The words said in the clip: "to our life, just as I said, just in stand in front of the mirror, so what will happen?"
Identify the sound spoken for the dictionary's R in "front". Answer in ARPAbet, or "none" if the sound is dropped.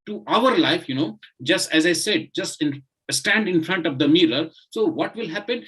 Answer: R